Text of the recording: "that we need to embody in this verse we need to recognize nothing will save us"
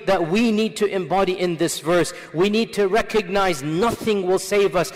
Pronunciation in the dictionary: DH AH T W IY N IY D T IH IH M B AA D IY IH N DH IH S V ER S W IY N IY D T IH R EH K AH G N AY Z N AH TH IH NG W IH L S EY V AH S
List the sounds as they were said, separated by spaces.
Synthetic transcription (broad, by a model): DH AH T W IY N IY D T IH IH M B AA D IY IH N DH IH S V ER S W IY N IY D T IH R EH K AH G N AY Z N AH TH IH NG W IH L S EY V AH S